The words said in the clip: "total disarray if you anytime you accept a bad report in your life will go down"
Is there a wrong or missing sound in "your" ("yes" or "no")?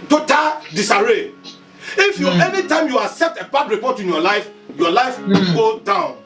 yes